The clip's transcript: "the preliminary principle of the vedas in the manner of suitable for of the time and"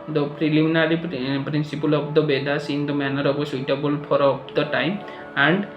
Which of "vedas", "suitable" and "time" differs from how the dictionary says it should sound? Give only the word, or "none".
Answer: vedas